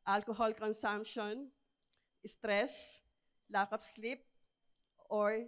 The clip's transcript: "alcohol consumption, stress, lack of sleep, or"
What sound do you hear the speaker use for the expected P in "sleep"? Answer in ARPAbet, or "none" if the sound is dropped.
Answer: P